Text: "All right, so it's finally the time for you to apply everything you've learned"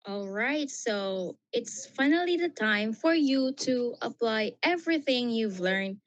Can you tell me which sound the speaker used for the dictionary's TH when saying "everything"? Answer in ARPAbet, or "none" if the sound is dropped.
TH